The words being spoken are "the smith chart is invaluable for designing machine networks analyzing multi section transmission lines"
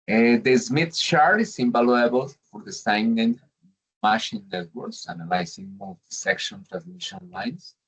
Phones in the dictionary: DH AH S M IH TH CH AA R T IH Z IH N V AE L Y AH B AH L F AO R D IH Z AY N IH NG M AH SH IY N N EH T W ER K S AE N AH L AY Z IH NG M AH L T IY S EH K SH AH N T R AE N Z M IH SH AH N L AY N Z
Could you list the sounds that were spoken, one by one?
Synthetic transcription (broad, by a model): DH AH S M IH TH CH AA R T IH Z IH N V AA L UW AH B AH L F AO R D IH S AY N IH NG M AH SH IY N N EH T W ER K S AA N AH L AY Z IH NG M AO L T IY S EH K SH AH N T R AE N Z M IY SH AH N L AY N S